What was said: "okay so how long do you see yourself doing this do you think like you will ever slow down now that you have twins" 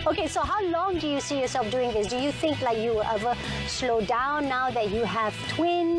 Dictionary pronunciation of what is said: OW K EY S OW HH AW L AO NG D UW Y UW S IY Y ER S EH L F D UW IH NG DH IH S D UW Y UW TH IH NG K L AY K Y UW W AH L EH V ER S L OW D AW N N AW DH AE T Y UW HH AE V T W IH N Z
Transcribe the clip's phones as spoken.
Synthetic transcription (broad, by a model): OW K EY S OW HH AW L AO NG D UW Y UW S IY Y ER S EH L F D UW IH NG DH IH S D UW Y UW TH IH NG K L AY K Y UW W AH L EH V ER S L OW D AW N N AW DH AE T Y UW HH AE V T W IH N